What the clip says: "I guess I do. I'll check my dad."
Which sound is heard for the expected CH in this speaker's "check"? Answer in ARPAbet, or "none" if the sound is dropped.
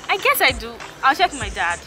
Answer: SH